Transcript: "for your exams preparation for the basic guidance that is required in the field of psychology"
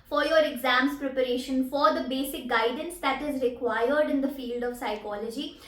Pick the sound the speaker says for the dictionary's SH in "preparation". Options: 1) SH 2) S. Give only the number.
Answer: 1